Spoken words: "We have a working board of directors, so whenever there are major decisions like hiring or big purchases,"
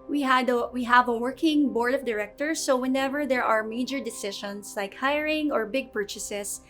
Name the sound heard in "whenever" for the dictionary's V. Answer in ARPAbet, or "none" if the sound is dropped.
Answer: V